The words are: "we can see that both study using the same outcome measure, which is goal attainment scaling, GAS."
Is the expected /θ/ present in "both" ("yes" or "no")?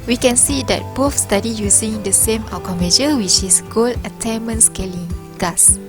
no